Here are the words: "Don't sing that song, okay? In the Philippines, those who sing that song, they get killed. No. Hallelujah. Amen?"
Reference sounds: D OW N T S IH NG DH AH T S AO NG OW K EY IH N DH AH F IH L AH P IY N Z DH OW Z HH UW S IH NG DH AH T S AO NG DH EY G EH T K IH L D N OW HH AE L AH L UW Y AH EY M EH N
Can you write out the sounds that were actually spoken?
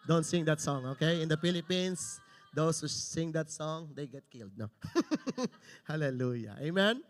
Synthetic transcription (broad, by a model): D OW N T S IH NG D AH T S AO NG OW K EY IH N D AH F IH L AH P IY N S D OW S HH UW S IH NG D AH T S AO NG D EY G EH T K IH L D N OW HH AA L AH L UW Y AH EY M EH N